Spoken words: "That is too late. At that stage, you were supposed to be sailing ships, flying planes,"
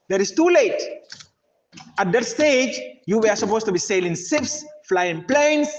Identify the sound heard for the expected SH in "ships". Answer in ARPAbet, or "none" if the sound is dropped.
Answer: S